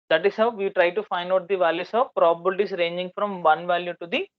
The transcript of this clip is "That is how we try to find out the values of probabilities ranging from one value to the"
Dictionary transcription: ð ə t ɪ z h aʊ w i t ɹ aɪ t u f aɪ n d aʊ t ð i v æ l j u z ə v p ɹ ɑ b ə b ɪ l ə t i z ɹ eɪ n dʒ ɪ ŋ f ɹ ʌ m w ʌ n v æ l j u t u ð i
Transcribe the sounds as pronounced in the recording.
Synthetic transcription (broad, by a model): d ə t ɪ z h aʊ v i t ɹ aɪ t u f aɪ n d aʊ t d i v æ l j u s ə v p ɹ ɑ b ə b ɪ l t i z ɹ eɪ n dʒ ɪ ŋ f ɹ ʌ m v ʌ n v æ l j u t u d i